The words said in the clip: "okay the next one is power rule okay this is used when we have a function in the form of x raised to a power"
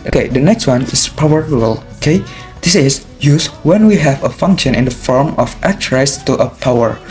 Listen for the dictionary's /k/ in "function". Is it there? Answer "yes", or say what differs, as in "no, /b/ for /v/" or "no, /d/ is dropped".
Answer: yes